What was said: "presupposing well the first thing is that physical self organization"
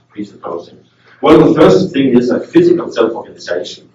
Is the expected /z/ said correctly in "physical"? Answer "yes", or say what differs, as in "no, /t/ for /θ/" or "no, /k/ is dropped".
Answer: yes